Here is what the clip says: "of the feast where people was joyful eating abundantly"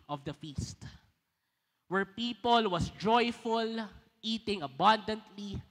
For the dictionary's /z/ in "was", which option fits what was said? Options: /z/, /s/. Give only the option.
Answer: /s/